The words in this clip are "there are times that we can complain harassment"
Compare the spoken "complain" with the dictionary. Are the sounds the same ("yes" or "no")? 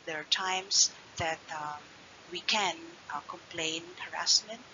yes